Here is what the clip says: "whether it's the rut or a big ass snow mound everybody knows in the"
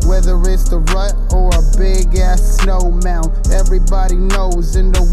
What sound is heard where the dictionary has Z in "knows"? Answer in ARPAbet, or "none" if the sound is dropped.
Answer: Z